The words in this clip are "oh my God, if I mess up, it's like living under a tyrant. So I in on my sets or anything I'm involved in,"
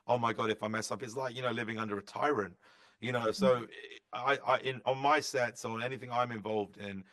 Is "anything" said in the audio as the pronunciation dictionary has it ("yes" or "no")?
yes